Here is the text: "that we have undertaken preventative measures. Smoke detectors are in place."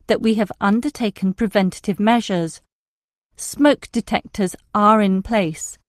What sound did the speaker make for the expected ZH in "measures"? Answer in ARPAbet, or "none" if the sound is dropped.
ZH